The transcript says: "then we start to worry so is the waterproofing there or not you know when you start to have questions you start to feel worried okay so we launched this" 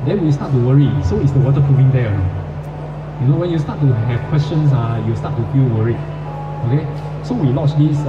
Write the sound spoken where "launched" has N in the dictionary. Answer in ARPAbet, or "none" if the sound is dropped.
none